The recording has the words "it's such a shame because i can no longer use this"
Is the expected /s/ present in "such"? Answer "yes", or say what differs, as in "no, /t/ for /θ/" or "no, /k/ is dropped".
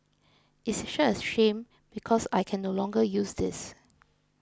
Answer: no, /ʃ/ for /s/